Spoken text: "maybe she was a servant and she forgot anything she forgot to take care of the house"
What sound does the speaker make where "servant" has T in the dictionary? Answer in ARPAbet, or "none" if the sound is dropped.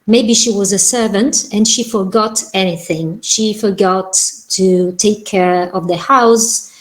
T